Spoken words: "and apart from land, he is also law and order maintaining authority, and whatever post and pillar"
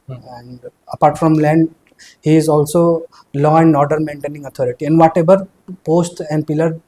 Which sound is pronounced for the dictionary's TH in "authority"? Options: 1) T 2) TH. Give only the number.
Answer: 1